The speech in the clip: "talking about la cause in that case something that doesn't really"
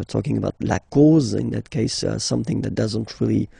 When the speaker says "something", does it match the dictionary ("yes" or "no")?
yes